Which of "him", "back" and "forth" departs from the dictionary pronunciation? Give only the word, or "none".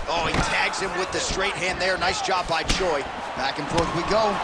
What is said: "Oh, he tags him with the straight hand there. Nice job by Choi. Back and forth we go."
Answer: none